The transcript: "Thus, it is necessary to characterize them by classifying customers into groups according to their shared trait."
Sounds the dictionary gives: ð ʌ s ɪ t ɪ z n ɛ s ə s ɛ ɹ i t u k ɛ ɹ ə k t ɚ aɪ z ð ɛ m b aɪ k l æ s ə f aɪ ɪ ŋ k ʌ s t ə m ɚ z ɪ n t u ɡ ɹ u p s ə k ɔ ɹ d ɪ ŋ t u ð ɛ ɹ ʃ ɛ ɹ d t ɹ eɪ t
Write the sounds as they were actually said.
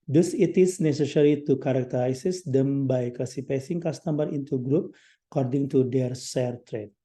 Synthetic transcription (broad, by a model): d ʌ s ɪ t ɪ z n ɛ s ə s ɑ ɹ i t u k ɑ ɹ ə k t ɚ aɪ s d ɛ m b aɪ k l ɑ s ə p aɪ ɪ ŋ k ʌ s t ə m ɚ ɪ n t u ɡ ɹ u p ə k ɔ ɹ d ɪ ŋ t u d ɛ ɹ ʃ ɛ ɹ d t ɹ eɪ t